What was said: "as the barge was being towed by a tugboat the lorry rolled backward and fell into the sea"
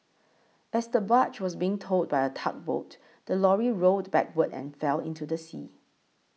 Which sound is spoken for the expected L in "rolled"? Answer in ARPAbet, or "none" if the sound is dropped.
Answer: none